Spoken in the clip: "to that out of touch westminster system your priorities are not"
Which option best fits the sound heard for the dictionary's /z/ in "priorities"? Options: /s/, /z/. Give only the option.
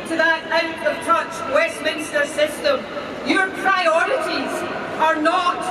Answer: /z/